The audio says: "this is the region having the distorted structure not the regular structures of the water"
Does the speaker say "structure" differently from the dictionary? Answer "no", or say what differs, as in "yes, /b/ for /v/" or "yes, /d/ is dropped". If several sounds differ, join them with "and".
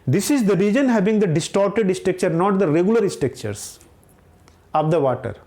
yes, /ɹ/ is dropped